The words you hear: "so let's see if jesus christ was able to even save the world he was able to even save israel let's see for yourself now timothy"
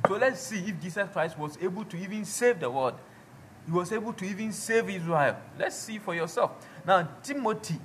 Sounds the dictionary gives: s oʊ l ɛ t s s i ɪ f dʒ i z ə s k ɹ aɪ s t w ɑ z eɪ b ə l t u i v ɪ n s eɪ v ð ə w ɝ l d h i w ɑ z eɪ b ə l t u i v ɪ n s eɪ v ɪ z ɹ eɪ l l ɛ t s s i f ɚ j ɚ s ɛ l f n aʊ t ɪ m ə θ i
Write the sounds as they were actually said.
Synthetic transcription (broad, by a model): s oʊ l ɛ t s s i ɪ f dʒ i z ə s k ɹ aɪ s t w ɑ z eɪ b ə l t u i v ɪ n s eɪ v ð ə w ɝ d h i w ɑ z eɪ b ə l t u i v ɪ n s eɪ v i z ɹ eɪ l l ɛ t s s i f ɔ j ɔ s ɛ l f n aʊ t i m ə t i